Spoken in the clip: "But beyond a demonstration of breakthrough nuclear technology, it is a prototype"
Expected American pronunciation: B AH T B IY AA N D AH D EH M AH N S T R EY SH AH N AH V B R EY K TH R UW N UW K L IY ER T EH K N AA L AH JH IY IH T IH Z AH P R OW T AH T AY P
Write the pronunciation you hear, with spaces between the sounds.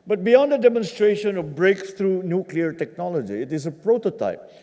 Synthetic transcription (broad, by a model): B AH T B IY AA N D AH D EH M AH N S T R EY SH AH N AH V B R EY K T R UW N UW K L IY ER T EH K N AA L AH JH IY IH T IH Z AH P R OW T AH T AY P